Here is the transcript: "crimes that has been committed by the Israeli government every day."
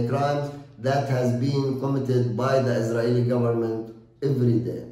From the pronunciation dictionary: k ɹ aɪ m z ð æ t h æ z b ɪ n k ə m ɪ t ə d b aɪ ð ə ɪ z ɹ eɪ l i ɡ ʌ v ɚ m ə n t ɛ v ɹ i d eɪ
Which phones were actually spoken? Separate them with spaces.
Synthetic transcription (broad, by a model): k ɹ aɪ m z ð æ t h æ z b ɪ n k ə m ɪ t ə d b aɪ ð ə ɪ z ɹ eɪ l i ɡ ʌ v ɚ m ə n t ɛ v ɹ i d eɪ